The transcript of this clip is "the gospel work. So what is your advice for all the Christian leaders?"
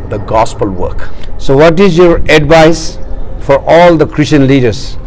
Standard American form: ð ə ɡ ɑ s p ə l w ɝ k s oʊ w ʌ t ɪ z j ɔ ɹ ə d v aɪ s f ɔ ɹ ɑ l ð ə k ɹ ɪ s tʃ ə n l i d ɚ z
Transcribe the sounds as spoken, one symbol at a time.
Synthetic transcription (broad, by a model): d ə ɡ ɑ s p ə l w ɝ k s oʊ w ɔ t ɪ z j ɔ ɹ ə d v aɪ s f ɔ ɹ ɑ l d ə k ɹ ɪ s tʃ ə n l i d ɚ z